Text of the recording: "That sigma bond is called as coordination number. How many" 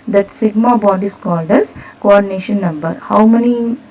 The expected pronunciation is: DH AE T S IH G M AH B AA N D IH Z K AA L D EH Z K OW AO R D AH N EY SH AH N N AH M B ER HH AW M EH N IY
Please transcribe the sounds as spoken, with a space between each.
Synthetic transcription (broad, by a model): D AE T S IH G M AH B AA D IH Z K AA L D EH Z K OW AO R D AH N EY SH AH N N AH M B ER HH AW M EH N IY